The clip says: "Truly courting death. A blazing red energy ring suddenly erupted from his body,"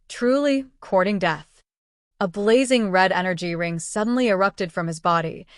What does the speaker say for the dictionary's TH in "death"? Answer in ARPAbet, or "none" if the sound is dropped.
TH